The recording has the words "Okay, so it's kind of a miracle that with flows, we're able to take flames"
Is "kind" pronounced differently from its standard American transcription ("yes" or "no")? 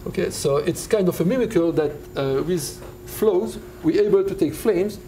no